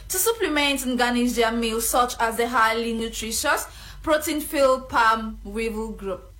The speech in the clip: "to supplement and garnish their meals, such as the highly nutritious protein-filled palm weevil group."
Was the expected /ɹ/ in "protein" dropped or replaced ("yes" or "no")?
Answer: no